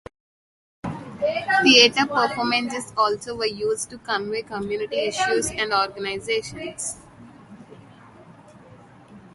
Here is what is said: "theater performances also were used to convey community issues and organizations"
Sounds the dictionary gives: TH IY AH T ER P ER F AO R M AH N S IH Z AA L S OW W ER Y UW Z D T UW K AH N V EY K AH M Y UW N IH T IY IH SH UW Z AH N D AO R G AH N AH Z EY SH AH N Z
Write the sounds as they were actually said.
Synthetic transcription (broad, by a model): T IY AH T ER P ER F AO M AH N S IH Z AA L S OW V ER Y UW Z D T UW K AH N V EY K AH M Y UW N IH T IY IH SH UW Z AH N D AO R G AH N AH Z EY SH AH N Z